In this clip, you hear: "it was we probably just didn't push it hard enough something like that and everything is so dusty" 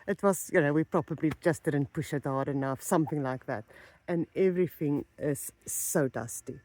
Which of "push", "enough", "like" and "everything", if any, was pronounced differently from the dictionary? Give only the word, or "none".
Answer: none